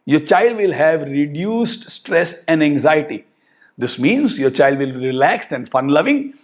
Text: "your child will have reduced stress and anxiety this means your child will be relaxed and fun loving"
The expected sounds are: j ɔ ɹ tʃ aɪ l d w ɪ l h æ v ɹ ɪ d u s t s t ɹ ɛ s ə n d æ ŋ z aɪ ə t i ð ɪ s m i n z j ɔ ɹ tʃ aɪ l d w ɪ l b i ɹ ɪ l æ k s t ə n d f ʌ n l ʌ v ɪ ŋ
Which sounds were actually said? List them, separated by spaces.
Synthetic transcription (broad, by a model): j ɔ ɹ tʃ aɪ l d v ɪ l h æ v ɹ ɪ d u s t s t ɹ ɛ s ə n d æ ŋ z aɪ ə t i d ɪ s m i n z j ɔ ɹ tʃ aɪ l d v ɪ l b i ɹ ɪ l æ k s t ə n d f ʌ n l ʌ v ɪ ŋ